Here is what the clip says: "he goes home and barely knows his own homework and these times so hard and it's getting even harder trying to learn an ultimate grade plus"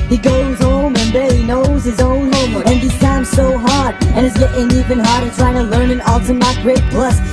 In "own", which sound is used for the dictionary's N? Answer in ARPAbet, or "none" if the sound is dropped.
N